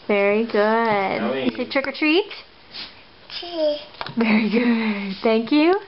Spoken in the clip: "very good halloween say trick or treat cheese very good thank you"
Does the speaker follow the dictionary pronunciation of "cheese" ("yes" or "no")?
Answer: no